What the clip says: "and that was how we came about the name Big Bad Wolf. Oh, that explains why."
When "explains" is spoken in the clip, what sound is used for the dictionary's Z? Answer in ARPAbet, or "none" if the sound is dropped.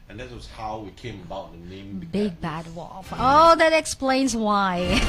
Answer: Z